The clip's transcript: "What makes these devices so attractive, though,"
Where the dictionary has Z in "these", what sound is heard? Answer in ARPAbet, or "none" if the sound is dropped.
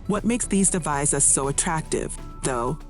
Z